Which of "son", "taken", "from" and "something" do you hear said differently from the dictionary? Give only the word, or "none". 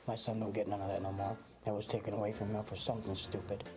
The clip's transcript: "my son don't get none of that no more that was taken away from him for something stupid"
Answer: none